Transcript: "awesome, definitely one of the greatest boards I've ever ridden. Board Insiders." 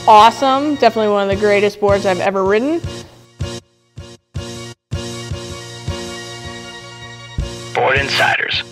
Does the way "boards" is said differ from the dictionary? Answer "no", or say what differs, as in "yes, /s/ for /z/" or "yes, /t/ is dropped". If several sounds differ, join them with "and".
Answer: no